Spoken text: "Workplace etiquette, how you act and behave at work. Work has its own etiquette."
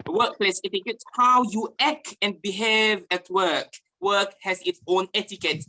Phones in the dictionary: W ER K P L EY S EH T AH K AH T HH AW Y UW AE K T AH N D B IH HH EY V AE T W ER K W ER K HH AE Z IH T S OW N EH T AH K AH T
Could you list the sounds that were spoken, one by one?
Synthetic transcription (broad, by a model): W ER K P L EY S EH T AH K AH T HH AW Y UW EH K AH N B IH HH EY V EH T W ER K W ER K HH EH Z IH T S OW N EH T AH K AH T